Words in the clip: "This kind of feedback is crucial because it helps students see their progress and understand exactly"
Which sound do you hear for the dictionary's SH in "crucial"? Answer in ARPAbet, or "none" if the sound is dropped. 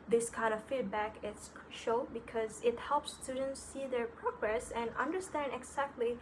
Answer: none